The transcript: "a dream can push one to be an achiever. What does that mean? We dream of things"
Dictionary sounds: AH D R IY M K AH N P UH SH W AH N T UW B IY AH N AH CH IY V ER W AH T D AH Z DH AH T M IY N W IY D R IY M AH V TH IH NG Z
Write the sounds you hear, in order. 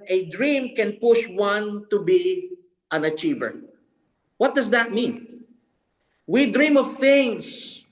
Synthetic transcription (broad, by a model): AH D R IY M K AH N P UH SH W AH N T UW B IY AH N AH CH IY V ER W AH T D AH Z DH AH T M IY N W IY D R IY M AH V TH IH NG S